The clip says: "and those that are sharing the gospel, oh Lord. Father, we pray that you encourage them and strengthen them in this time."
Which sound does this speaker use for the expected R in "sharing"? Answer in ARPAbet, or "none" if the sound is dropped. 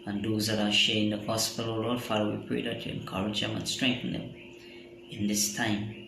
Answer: none